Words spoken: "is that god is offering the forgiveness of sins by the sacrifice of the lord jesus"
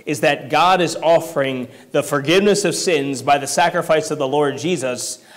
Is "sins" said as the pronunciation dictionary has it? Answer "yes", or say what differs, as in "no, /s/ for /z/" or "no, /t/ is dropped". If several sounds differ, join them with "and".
yes